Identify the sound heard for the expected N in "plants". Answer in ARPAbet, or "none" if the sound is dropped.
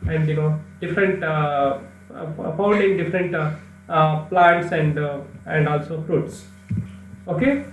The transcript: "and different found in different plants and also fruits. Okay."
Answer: none